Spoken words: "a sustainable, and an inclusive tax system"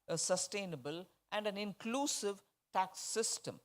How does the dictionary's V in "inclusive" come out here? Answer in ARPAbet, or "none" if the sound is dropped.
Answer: V